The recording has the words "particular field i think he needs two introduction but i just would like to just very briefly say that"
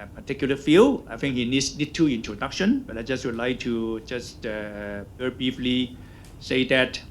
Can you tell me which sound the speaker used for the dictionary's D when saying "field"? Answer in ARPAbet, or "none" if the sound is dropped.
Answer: none